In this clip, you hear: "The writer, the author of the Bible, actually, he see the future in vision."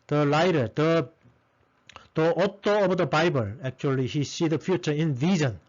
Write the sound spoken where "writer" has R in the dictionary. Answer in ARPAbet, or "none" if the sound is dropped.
L